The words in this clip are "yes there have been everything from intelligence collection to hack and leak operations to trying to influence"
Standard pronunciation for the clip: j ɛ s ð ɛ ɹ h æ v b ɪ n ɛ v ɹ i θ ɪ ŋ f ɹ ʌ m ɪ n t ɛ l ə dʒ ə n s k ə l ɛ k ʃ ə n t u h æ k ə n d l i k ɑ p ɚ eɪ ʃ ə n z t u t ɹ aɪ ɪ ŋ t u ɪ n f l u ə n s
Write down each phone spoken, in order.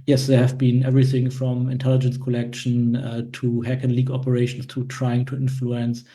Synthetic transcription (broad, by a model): j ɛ s ð ɛ ɹ h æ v b ɪ n ɛ v ɹ i θ ɪ ŋ f ɹ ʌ m ɪ n t ɛ l ə dʒ ə n s k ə l ɛ k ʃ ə n t u h æ k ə n l i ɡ ɑ p ɚ eɪ ʃ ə n s t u t ɹ aɪ ɪ ŋ t u ɪ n f l u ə n s